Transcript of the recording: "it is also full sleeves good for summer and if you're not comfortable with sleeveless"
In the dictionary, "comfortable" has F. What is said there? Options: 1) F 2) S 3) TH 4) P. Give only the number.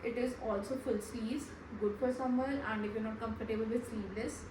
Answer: 4